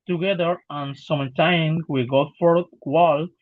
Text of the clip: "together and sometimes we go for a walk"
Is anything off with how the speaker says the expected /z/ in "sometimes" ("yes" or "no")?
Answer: yes